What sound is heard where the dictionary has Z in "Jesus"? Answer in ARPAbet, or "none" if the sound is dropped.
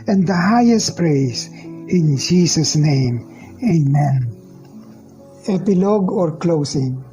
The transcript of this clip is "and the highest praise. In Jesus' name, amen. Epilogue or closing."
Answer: S